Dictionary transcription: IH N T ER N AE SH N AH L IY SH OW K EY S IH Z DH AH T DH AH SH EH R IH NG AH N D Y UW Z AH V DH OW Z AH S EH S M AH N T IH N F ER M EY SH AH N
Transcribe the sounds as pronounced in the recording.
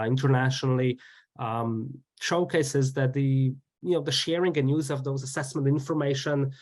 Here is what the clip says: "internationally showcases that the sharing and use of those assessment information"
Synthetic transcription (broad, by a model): IH N T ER N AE SH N L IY SH OW K EY S IH Z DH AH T DH AH SH EH R IH NG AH N Y UW Z AH V DH OW Z AH S EH S M AH N T IH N F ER M EY SH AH N